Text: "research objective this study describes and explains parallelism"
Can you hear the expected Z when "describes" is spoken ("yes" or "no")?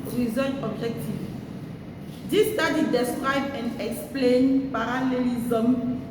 no